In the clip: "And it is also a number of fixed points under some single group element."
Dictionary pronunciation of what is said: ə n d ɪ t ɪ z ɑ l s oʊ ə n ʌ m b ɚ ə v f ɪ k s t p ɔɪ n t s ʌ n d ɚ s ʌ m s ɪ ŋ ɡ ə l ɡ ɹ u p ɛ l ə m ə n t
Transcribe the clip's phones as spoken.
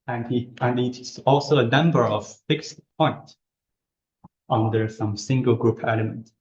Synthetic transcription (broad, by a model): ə n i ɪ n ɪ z ɑ l s oʊ ə n ʌ m b ɚ ə v f ɪ k s t p ɔɪ n t ʌ n d ɚ s ʌ m s ɪ ŋ ɡ ə l ɡ ɹ u p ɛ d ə m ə n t